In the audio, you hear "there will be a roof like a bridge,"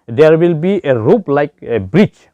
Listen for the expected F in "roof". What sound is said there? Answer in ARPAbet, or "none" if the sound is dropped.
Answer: P